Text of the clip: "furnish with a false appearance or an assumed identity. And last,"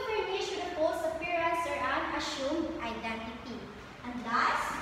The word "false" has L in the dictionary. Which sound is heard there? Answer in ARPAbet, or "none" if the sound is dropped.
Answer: none